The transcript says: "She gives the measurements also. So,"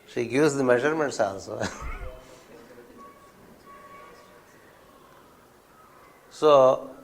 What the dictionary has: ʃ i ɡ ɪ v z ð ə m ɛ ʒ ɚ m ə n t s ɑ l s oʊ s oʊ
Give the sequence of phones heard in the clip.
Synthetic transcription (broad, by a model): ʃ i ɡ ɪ z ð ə m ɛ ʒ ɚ m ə n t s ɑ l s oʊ s oʊ